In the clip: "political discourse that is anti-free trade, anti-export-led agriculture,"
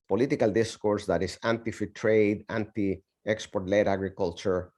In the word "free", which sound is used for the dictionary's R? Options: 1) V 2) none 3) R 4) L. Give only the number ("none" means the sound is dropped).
2